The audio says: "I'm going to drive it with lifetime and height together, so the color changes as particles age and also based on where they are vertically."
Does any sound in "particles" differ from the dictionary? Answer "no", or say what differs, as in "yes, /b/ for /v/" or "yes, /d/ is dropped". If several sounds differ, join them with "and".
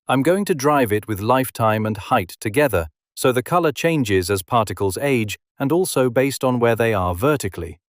no